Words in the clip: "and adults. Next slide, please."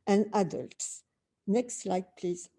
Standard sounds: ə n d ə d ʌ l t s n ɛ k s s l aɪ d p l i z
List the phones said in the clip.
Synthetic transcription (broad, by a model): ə n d ə d ʌ l t s n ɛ k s s l aɪ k p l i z